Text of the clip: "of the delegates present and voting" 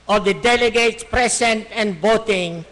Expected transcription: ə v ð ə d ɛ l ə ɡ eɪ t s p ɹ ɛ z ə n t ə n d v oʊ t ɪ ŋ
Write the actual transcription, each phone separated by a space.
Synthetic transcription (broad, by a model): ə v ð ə d ɛ l ə ɡ eɪ t s p ɹ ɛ s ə n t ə n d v oʊ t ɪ ŋ